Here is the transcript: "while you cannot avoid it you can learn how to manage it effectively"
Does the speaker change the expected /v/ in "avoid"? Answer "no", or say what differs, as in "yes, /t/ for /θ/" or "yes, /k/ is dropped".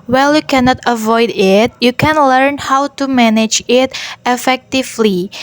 no